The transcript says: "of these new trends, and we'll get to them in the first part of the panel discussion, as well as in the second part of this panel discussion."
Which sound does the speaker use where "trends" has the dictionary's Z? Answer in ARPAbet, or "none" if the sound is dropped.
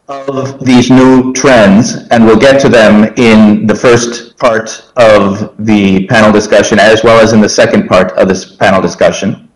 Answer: Z